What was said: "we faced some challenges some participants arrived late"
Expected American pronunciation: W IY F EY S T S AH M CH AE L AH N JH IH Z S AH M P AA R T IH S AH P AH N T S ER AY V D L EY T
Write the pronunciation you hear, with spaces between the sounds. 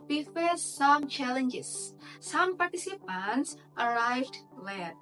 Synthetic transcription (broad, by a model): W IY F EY T S AH M CH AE L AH N JH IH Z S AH M P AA R T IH S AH P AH N T S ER AY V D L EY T